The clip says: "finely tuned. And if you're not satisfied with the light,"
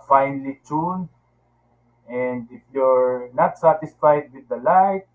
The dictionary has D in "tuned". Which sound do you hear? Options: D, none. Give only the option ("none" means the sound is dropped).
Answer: none